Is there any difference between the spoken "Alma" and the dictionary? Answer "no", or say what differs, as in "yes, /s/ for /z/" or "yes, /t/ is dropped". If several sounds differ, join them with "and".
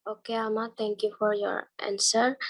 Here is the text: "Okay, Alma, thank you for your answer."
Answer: yes, /l/ is dropped